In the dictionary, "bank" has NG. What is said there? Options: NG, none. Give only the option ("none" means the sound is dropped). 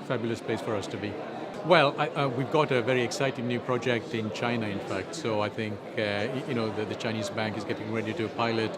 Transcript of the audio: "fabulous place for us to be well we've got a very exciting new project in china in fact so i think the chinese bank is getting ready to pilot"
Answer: NG